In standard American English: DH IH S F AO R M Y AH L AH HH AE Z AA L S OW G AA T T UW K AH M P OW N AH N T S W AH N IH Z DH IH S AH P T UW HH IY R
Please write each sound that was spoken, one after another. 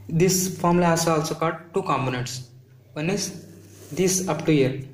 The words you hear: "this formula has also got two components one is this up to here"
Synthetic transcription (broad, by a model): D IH S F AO R M L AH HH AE S AA L S OW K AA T T UW K AH M P OW N AH N T S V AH N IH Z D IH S AH P T UW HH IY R